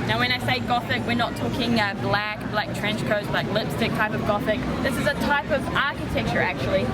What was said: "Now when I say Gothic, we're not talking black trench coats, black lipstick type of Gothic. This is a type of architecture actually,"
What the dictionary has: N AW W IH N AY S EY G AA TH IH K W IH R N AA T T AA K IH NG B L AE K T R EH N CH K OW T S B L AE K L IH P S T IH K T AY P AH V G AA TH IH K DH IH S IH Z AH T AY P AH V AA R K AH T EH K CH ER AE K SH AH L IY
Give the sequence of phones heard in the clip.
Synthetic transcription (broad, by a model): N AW W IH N AY S EY G AA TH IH K W IH R N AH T T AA K IH NG B L AE K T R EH N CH K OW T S L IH K L IH P S T IH K T AY P AH V G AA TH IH K DH IH S IH Z AH T AY P AH V AA R K AH T EH K CH ER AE K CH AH L IY